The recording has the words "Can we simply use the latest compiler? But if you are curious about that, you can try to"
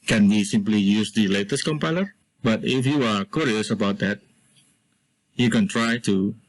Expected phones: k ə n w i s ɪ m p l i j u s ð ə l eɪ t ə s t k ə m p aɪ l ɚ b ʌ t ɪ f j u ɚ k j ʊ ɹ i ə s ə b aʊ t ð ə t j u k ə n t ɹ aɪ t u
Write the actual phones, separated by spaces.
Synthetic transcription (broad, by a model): k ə n w i s ɪ m p l i j u s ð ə l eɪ t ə s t k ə m p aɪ l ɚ b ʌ t ɪ f j u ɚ k j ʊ ɹ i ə s ə b aʊ t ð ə t j u k ə n t ɹ aɪ t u